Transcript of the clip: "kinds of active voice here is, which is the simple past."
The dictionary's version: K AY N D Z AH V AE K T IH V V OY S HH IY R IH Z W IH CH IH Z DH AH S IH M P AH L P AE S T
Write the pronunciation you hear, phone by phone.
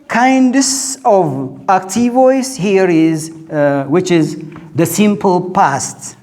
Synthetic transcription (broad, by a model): K AY N D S AH V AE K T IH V V OY S HH IY R IH Z W IH CH IH Z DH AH S IH M P AH L P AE S T